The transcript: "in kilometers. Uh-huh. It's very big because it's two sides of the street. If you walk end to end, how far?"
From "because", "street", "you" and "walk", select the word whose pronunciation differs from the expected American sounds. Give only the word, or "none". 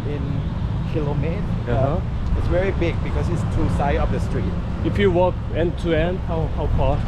because